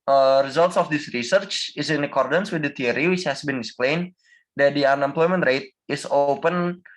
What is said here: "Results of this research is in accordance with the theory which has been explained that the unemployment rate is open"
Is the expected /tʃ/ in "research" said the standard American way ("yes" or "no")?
yes